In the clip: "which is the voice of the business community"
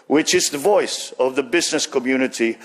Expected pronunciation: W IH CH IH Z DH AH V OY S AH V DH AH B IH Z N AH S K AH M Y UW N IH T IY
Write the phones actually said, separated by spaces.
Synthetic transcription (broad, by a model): W IH CH IH Z DH AH V OY S AH V DH AH B IH Z N AH S K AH M Y UW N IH T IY